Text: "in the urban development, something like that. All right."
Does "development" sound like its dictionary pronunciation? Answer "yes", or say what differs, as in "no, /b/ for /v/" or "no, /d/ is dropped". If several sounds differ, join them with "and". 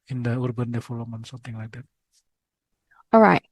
no, /p/ is dropped